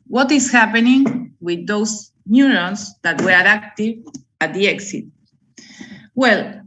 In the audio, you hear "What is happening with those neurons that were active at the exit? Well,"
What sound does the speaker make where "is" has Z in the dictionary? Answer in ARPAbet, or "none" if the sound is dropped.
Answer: S